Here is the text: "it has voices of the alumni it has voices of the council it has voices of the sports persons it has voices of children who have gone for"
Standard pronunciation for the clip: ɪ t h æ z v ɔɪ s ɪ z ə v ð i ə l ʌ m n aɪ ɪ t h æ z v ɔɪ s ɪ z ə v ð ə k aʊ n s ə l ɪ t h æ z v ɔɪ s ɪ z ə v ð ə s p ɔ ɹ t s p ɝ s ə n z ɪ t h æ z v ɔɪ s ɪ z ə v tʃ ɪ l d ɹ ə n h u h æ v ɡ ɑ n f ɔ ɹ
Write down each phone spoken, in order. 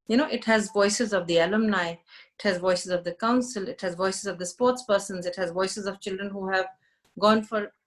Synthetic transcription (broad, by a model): ɪ t h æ z v ɔɪ s ɪ z ə v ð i ə l ʌ m n aɪ ɪ t h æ z v ɔɪ s ɪ z ə v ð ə k aʊ n s ə l ɪ t h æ z v ɔɪ s ɪ z ə v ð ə s p ɔ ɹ t s p ɝ s ə n z ɪ t h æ z v ɔɪ s ɪ z ə v tʃ ɪ l d ɹ ə n h u h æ v ɡ ɑ n f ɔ ɹ